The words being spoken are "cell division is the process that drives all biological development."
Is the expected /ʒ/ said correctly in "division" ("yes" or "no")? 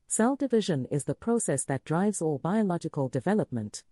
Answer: yes